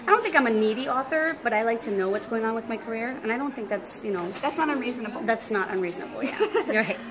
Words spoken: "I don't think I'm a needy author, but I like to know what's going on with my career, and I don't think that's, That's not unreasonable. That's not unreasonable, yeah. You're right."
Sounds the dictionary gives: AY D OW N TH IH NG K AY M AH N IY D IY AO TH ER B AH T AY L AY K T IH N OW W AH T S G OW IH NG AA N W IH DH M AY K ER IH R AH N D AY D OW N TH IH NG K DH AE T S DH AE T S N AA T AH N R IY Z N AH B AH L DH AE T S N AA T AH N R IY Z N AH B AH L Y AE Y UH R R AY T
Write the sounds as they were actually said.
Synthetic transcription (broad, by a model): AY D OW N TH IH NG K AY M AH N IY D IY AO TH ER B AH T AY L AY K T IH N OW W AH T S G OW IH NG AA N W IH DH M AY K ER IH R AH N AY D OW N TH IH NG K DH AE T S DH AE T S N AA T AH N R IY Z N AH B L DH AE T S N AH T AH N R IY Z N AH B L Y AE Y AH R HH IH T